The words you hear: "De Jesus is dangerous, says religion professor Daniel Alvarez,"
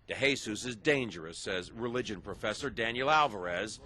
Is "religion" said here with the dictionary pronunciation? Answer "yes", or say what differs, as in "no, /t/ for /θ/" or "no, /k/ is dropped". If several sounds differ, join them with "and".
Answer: yes